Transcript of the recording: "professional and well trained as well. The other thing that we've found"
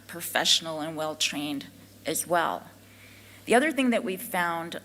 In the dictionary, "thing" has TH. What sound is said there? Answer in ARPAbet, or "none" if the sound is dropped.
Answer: TH